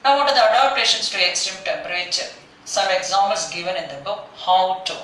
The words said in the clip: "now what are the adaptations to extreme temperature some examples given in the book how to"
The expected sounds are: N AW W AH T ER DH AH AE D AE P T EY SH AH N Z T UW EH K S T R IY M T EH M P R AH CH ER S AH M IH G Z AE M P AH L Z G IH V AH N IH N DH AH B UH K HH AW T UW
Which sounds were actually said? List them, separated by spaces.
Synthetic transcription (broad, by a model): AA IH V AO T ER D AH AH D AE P T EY SH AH N S T UW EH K S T IY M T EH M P R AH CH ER S AH M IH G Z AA M AH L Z G IH V AH N IH N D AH B UH K HH AW T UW